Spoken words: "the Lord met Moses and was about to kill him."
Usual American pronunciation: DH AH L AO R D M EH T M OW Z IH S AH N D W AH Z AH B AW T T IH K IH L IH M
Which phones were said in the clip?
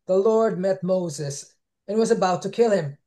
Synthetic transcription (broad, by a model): DH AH L AO R D M EH T M OW Z IH S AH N W AH Z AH B AW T T IH K IH L IH M